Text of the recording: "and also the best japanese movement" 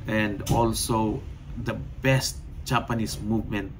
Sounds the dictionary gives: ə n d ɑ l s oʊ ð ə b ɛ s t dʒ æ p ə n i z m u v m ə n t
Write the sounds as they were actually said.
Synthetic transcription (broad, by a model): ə n d ɑ l s oʊ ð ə b ɛ s t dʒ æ p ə n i s m u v m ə n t